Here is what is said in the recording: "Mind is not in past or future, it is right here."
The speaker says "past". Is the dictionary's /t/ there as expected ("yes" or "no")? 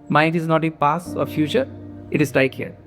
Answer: no